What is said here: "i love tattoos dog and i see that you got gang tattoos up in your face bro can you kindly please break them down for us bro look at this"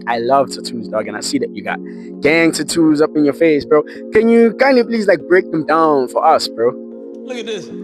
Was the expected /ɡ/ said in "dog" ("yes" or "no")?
yes